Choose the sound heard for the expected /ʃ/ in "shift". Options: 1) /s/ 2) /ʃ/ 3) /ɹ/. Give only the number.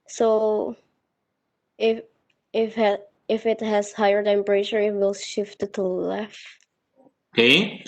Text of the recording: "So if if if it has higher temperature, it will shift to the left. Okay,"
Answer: 2